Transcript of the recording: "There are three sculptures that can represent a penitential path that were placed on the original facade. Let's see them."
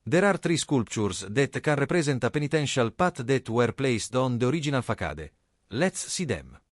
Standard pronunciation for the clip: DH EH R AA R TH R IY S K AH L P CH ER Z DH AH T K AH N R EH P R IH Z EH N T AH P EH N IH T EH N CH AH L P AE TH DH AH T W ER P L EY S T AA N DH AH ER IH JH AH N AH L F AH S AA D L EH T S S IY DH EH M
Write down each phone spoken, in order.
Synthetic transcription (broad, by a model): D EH R AA R T R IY S K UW L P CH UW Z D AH T K AH N R EH P R IH Z EH N T AH P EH N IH T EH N SH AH L P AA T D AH T W ER P L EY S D AA N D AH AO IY JH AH N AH L F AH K AA D L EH T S S IY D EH M